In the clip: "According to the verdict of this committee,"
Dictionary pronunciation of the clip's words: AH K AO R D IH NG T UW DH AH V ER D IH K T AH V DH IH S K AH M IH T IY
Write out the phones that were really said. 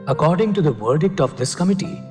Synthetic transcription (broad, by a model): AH K AO R D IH NG T UW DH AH V ER D IH K T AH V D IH S K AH M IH T IY